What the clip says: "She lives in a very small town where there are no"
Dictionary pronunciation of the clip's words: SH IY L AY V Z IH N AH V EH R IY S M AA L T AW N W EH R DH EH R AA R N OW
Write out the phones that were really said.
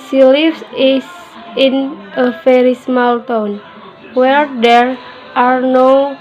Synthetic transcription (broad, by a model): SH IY L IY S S IH N AH F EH R IY S M AA L T AW N W EH R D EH R AA R N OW